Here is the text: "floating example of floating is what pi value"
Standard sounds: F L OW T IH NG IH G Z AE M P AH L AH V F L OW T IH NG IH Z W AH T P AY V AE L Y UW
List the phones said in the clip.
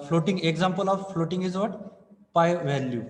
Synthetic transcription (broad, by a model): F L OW T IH NG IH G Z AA M P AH L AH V F L OW T IH NG IH Z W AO T P AY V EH L Y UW